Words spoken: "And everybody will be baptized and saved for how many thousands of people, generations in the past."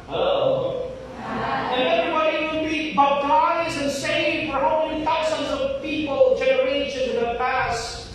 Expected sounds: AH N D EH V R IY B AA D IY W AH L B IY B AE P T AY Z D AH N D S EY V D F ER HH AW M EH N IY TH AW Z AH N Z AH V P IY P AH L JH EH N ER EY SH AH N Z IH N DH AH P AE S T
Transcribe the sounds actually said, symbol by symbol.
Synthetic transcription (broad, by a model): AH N EH V R IY B AA D IY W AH N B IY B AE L AY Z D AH N S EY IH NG F ER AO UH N IY TH AW Z AH N Z AH V P IY P AH L JH EH N ER EY SH AH N Z IH N DH AH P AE S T